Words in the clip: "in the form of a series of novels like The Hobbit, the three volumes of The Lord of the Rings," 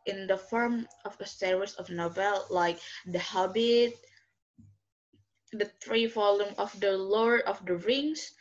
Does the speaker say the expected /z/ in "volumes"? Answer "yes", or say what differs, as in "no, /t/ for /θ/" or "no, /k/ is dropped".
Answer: no, /z/ is dropped